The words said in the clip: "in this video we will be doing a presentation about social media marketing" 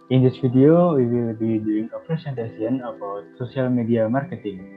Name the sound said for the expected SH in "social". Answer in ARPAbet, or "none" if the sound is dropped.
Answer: S